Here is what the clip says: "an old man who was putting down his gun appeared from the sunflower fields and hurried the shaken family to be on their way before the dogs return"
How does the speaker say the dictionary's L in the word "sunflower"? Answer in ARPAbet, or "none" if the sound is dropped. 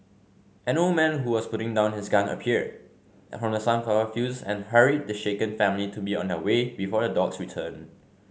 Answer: none